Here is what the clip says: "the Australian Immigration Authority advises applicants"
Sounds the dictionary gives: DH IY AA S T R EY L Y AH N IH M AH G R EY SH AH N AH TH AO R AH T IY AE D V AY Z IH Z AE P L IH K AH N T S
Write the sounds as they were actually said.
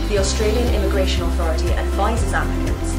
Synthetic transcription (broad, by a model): DH IY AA S T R EY L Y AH N IH M AH G R EY SH AH N AH TH AO R AH T IY AE D V AY Z IH Z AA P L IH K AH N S